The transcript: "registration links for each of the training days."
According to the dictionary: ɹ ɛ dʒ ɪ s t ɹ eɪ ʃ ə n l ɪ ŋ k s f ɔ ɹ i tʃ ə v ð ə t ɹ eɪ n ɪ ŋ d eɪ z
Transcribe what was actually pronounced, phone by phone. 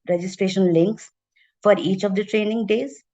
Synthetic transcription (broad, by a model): ɹ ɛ dʒ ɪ s t ɹ eɪ ʃ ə n l ɪ ŋ k s f ɔ ɹ i tʃ ə v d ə t ɹ eɪ n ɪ ŋ d eɪ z